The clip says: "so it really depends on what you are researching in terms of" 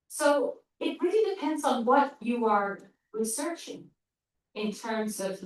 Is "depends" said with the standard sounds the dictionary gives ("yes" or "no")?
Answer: yes